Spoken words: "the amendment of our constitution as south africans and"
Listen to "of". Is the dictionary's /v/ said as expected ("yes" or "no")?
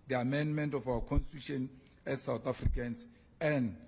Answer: no